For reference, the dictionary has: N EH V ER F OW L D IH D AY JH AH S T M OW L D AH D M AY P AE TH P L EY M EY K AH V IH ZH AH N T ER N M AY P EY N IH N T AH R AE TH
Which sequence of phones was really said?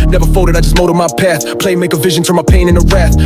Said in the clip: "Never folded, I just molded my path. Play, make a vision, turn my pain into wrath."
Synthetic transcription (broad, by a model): N EH V ER F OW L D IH D AY JH AH S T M OW D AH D M AY P AE TH P L EY M EY K AH V IH ZH AH N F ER M AY P EY N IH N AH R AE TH